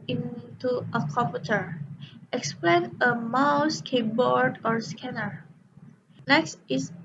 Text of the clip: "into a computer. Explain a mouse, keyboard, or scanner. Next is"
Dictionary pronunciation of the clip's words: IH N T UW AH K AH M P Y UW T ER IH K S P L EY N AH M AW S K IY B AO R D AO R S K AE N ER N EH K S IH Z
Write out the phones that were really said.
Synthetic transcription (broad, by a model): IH N T UW AH K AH M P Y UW T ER IH K S P L EY N AH M AW S K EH B AO R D AO R S K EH N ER N EH K S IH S